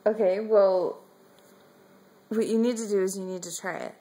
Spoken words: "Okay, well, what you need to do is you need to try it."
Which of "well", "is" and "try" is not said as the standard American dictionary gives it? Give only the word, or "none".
none